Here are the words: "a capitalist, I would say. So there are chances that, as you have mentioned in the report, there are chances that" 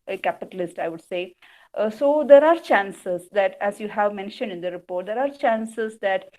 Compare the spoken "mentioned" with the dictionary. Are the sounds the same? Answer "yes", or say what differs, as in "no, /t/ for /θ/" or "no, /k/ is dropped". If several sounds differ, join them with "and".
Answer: yes